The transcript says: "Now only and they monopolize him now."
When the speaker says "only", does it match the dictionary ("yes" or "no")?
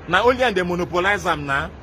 no